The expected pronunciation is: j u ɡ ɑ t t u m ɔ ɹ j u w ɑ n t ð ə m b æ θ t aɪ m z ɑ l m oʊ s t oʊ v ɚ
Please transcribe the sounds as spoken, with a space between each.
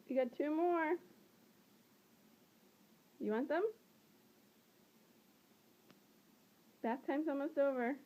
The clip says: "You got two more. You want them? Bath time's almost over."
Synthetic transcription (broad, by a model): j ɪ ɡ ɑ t t u m ɔ ɹ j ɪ w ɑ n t ð ə m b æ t aɪ m s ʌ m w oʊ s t oʊ v ɚ